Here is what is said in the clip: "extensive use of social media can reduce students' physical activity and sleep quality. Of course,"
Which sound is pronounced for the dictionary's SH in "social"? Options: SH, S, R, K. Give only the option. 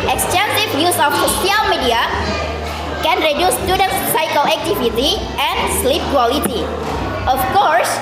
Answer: S